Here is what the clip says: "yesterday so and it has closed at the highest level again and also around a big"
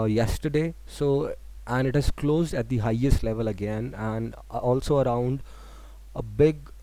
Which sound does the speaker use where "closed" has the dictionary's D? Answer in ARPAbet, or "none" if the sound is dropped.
D